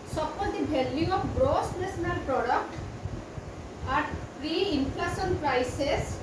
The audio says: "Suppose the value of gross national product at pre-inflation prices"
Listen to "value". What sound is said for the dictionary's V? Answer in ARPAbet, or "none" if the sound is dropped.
B